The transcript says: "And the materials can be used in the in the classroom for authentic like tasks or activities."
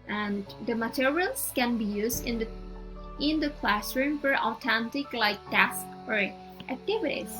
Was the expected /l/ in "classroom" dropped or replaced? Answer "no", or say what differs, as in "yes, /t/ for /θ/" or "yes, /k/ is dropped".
no